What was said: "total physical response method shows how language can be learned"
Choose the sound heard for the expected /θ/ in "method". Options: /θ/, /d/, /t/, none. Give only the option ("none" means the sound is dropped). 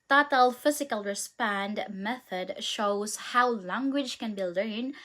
/θ/